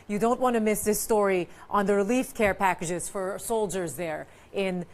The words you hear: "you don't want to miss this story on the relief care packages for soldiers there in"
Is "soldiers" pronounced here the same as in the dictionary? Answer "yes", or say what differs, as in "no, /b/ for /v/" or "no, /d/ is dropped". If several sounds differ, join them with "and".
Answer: yes